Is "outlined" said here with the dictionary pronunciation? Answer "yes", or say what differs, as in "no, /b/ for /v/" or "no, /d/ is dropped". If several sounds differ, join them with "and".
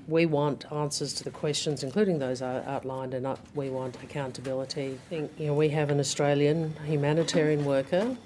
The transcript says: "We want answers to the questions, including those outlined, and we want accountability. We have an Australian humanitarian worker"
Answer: yes